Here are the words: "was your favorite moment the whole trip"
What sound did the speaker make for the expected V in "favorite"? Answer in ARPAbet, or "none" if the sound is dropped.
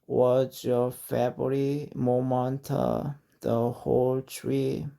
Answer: B